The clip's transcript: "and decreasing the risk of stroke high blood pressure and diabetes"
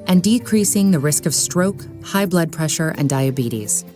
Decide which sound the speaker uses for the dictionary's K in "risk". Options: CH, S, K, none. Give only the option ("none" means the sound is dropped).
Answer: K